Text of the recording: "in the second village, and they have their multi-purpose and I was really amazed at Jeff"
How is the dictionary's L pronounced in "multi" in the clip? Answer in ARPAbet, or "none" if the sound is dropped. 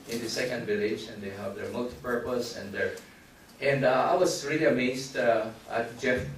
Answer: L